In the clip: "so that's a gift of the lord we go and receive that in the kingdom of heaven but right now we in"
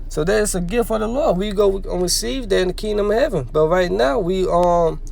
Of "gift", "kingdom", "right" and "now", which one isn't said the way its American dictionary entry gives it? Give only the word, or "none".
gift